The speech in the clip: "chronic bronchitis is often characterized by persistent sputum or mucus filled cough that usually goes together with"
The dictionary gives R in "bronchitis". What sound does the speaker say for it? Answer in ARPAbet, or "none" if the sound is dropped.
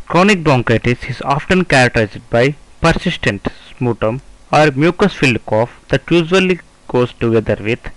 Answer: none